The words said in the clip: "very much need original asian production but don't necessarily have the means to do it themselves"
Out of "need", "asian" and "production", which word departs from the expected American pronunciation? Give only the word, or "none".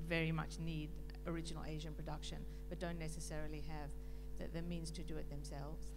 none